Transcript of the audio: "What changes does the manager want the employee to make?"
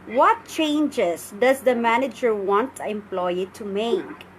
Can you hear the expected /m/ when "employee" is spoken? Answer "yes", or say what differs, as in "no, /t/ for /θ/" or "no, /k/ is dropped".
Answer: yes